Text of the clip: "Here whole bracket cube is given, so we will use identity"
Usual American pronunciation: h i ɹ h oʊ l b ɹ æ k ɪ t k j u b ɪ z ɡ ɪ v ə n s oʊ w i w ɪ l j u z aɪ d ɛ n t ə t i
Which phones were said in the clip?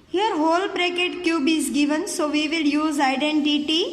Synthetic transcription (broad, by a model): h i ɹ h oʊ l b ɹ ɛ k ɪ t k j u b ɪ z ɡ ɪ v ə n s oʊ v i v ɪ l j u z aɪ d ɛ n t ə t i